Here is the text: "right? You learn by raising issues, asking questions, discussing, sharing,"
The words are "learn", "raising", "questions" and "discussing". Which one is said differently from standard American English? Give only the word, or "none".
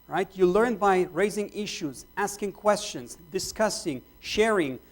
none